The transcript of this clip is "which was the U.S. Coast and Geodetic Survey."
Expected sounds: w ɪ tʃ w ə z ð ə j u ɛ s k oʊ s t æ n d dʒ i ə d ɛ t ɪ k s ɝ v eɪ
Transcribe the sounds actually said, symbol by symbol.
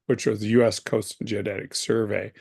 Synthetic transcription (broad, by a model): w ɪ tʃ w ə z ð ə j u ɛ s k oʊ s t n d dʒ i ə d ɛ t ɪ k s ɝ v eɪ